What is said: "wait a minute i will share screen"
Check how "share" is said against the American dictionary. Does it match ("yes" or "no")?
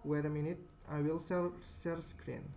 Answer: no